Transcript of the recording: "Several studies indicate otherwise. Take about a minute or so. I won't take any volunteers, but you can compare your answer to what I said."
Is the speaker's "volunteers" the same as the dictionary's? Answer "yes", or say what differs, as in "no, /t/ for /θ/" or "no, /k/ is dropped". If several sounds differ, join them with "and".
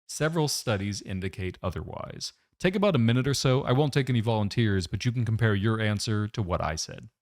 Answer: yes